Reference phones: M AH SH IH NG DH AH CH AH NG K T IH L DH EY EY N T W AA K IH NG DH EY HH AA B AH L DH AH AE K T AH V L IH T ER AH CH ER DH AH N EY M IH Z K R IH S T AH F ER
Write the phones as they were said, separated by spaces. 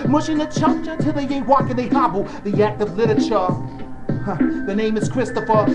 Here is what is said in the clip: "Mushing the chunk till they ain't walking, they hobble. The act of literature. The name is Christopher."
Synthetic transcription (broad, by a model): M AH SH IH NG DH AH CH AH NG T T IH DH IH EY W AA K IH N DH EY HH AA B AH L DH AH AE K T AH V L IH T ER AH CH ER DH AH N EY M IH Z K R IH S T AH F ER